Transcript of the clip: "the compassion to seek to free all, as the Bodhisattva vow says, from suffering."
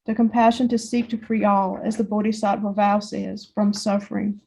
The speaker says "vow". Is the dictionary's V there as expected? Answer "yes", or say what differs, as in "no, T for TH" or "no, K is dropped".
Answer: yes